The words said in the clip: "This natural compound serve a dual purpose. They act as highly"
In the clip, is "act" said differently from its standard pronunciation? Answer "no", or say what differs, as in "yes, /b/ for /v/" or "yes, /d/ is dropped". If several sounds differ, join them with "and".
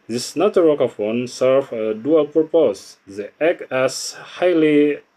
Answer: yes, /t/ is dropped